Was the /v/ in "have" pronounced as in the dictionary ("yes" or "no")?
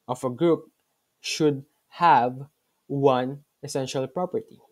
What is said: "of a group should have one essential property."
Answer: yes